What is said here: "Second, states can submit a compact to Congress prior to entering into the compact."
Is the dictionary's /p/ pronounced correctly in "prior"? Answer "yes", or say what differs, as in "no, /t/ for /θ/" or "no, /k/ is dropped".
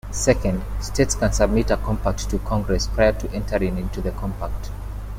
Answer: yes